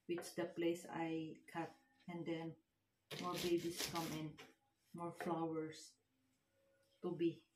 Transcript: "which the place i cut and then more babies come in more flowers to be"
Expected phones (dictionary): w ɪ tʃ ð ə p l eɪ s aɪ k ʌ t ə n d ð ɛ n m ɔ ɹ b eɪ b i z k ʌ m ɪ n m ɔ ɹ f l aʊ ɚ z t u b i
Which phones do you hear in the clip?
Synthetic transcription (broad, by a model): w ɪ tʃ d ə p l eɪ s aɪ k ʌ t ə n d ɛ n m ɔ ɹ b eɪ b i s k ʌ m ɪ n m ɔ ɹ f l aʊ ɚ s t u b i